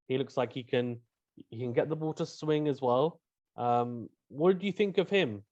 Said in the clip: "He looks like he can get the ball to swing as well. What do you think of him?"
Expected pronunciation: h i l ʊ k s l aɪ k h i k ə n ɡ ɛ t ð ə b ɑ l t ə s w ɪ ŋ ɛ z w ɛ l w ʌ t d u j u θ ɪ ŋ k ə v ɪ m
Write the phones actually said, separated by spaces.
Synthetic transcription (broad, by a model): h i l ʊ k s l aɪ k h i k ə n ɡ ɛ t ð ə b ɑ t ə s w ɪ ŋ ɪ z w ɛ l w ʌ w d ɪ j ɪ θ ɪ ŋ k ə v ɪ m